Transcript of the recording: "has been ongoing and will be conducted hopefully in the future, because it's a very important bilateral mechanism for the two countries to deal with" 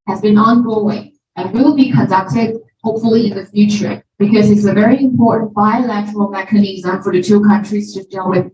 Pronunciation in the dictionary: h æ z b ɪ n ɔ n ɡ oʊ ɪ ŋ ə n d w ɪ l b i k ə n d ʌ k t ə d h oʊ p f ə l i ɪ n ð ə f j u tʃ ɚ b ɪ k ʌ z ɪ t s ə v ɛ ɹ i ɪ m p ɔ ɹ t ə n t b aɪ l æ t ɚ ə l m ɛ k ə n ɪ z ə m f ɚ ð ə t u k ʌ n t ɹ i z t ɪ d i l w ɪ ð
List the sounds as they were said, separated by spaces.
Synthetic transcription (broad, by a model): h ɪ z b ɪ n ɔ n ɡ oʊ ɪ ŋ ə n w ɪ l b i k ə n d ʌ k t ə d h oʊ p f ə l i ɪ n ð ə f j u tʃ ɚ b ɪ k ʌ z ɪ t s ə v ɛ ɹ i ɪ m p ɔ ɹ t n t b aɪ l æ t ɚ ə l m ɛ k ə n ɪ z ə m f ɚ ð ə t u k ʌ n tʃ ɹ i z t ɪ d i l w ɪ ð